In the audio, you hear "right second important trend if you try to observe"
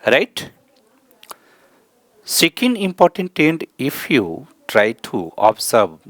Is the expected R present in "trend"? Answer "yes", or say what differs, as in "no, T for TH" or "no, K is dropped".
no, R is dropped